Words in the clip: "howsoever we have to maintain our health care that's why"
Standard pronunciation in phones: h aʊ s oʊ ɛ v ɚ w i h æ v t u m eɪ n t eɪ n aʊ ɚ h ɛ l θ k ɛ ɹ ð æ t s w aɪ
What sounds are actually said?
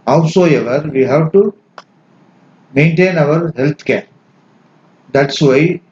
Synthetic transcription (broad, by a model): h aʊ s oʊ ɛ v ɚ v i h æ v t u m eɪ n t eɪ n aʊ ɚ h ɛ l t k ɛ ɹ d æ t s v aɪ